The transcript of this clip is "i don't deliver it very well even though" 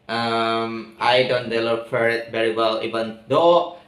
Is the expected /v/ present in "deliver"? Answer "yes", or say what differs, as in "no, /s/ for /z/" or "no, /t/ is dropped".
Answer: no, /f/ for /v/